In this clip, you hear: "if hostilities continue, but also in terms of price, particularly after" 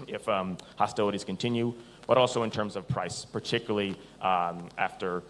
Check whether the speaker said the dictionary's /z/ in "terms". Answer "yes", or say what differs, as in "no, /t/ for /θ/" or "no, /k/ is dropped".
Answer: yes